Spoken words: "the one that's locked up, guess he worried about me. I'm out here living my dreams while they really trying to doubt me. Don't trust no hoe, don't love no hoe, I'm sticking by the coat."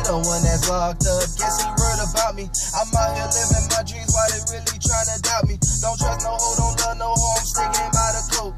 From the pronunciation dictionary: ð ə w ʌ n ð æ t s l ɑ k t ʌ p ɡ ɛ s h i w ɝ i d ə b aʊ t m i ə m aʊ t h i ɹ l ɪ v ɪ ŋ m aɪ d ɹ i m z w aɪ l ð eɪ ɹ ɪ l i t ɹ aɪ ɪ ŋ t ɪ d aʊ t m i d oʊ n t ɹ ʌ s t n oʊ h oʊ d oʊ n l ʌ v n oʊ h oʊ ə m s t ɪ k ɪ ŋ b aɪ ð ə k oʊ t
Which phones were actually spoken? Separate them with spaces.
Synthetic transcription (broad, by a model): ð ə w ʌ n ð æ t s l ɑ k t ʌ ɡ ɛ s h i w ɝ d ə b aʊ t m i ə m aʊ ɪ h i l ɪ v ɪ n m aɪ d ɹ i z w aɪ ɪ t ɹ ɪ l i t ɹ aɪ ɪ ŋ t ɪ d aʊ t m i d oʊ n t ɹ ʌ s n oʊ h oʊ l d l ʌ n oʊ h oʊ ə m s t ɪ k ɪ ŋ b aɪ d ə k oʊ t